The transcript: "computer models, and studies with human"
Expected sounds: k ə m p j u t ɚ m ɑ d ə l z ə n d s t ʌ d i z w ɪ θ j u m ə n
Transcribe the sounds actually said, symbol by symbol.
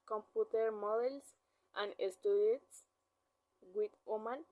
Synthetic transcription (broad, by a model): k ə m p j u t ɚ m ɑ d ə l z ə n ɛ s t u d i s w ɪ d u m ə n